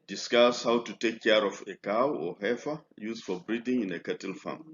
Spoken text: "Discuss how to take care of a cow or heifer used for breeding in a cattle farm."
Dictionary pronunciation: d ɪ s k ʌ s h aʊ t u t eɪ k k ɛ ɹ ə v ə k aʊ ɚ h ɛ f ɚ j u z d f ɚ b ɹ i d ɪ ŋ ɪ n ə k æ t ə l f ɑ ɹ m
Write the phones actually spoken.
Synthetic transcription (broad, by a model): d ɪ s k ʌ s h aʊ t u t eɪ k k ɛ ɹ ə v ə k aʊ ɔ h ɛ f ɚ j u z f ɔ b ɹ i d ɪ ŋ ɪ n ə k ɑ t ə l f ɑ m